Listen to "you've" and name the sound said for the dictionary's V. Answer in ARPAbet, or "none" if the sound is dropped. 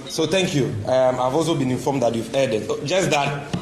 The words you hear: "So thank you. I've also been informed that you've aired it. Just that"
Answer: V